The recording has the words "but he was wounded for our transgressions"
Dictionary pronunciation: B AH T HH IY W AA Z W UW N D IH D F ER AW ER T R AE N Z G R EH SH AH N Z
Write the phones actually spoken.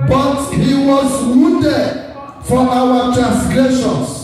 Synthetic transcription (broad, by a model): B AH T HH IY W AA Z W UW D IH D F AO AW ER T R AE N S G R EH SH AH N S